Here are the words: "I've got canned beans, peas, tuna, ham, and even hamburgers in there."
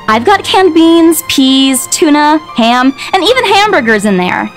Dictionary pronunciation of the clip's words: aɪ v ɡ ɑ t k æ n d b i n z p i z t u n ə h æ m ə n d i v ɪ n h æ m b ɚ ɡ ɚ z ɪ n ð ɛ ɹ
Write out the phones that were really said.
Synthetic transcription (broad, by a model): aɪ v ɡ ɑ t k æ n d b i n z p i z t u n ə h æ m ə n i v ɪ n h æ m b ɚ ɡ ɚ z ɪ n ð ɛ ɹ